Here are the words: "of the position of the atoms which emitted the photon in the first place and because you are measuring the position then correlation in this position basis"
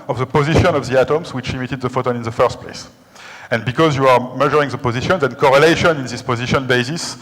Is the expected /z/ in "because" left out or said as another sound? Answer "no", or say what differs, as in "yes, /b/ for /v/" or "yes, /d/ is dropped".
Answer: no